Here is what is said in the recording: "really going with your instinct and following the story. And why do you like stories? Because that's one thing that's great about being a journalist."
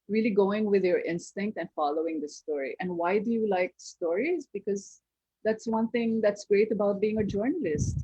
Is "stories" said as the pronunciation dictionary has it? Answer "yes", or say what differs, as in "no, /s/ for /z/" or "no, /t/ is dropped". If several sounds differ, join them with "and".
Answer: yes